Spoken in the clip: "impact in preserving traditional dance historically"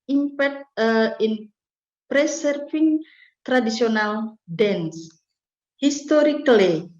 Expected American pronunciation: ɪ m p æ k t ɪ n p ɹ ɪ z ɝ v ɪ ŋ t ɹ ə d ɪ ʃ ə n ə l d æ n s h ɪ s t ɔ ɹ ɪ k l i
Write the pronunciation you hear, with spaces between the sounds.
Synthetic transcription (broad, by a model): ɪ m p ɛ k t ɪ n p ɹ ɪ s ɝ f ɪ ŋ t ɹ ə d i s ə n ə l d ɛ n s h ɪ s t ɔ ɹ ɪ k l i